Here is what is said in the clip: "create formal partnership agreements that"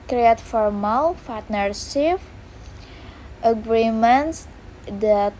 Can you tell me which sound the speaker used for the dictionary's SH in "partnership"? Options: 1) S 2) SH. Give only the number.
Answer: 1